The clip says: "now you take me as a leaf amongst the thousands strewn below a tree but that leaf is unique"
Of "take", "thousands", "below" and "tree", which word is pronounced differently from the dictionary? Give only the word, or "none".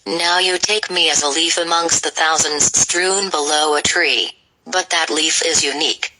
none